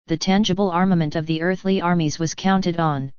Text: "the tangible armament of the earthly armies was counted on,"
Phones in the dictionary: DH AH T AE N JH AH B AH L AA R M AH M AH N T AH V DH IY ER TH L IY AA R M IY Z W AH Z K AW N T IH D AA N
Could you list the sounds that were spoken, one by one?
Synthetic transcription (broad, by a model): DH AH T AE N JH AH B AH L AA R M AH M AH N T AH V DH IY ER TH L IY AA R M IY Z W AH Z K AW N T IH D N